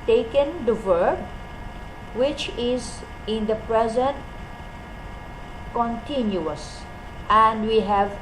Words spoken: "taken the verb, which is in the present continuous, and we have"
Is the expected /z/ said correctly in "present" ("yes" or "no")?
yes